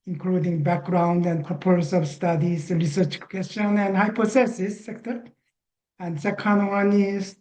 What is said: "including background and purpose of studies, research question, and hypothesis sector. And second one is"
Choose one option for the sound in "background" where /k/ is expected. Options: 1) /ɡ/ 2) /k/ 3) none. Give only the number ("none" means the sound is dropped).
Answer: 2